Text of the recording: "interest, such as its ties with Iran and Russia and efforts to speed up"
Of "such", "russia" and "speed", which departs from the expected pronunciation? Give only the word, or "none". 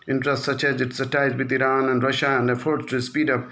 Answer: none